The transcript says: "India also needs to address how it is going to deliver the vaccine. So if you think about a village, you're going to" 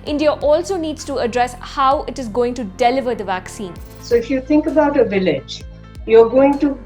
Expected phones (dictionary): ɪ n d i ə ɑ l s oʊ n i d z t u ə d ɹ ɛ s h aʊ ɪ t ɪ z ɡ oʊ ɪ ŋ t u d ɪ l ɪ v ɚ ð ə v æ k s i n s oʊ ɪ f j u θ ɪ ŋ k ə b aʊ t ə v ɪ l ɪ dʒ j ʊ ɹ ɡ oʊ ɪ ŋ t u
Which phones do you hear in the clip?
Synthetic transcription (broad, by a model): ɪ n d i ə ɑ l s oʊ n i d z t u ə d ɹ ɛ s h aʊ ɪ t ɪ z ɡ oʊ ɪ ŋ t u d ɪ l ɪ v ɚ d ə v æ k s i n s oʊ ɪ f j u t ɪ ŋ k ə b aʊ t ə v ɪ l ɪ dʒ j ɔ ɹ ɡ oʊ ɪ ŋ t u